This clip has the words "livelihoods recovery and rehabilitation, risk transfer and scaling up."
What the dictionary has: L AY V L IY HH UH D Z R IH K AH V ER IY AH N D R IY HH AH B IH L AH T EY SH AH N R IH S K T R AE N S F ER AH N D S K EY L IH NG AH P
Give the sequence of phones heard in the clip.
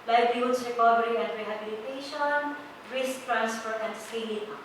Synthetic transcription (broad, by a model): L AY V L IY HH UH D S R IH K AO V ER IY AH N D R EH HH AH B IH L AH T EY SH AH N R IH S K T R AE N S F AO AH N D S IY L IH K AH